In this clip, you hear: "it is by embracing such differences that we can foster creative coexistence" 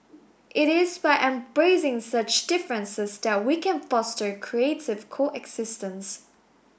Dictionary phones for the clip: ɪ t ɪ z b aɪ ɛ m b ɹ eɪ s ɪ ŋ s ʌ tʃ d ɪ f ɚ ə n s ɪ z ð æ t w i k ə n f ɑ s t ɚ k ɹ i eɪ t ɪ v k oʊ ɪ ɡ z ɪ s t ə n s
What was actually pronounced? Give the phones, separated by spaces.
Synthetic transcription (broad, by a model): ɪ t ɪ z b aɪ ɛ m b ɹ eɪ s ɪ ŋ s ʌ tʃ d ɪ f ɚ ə n s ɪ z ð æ t w i k ə n f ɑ s t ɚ k ɹ i eɪ t ɪ v k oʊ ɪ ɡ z ɪ s t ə n s